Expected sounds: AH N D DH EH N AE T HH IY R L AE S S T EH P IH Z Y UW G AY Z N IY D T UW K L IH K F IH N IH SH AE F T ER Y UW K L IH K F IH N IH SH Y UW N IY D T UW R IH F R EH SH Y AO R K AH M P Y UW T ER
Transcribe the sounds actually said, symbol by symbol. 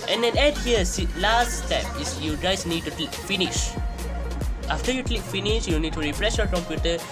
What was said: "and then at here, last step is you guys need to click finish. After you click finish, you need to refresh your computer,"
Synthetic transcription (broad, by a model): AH N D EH N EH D HH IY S L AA S S T EH P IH S Y UW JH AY S N IY D T UW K L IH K F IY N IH SH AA F T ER Y UW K L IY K F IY N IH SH Y UW N IY D T UW R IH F R EH S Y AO K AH M P Y UW T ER